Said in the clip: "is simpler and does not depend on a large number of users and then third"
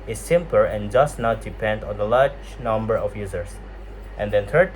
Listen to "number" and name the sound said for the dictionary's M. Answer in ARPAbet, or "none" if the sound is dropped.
M